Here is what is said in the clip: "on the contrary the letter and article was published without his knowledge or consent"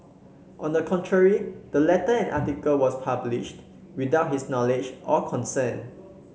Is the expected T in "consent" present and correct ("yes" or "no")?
no